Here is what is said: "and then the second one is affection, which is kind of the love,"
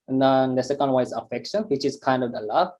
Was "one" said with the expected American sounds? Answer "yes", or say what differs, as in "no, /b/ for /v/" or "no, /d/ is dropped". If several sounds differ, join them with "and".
no, /n/ is dropped